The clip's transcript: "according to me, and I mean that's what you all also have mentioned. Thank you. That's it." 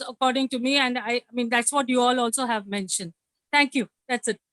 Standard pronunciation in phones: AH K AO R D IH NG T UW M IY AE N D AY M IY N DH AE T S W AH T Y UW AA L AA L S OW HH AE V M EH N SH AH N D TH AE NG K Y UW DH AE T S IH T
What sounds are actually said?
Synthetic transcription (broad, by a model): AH K AO R D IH NG T UW M IY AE N D AY M IY N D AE T S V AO T Y UW AA L AA L S OW HH AE V M EH N SH AH N D T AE NG K Y UW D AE T S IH T